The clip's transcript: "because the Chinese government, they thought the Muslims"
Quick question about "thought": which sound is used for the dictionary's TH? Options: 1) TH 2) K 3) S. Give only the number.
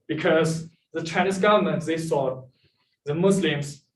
3